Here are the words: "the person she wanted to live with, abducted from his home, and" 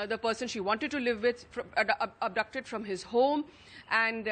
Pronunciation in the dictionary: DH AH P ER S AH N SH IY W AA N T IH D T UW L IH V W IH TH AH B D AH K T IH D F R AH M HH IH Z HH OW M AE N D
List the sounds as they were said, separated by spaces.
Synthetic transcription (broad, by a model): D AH P ER S AH N SH IY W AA N T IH D T UW L IH V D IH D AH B D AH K T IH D F R AH M HH IH Z HH OW M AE N D